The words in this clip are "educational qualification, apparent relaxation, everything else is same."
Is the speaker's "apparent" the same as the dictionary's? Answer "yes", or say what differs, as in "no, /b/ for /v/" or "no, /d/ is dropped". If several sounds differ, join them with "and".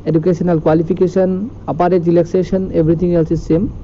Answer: no, /n/ is dropped